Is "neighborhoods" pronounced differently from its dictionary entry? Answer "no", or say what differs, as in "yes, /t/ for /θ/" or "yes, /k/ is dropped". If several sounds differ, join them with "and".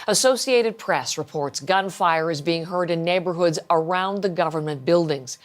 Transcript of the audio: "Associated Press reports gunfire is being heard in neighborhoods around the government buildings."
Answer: no